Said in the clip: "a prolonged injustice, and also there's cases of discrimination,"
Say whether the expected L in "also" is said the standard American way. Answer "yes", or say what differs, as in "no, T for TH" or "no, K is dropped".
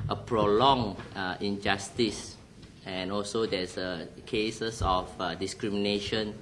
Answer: yes